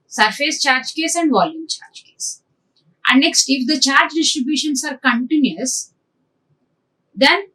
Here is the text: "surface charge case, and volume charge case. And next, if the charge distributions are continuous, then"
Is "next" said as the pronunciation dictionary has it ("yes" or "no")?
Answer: yes